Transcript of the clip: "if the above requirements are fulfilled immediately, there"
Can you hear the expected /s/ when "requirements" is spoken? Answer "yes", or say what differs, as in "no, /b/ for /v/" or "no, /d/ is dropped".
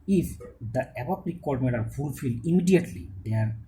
no, /s/ is dropped